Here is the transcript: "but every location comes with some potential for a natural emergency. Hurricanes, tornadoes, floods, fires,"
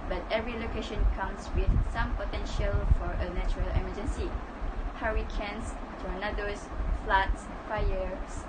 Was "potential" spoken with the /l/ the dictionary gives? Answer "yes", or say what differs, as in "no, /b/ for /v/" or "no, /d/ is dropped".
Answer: yes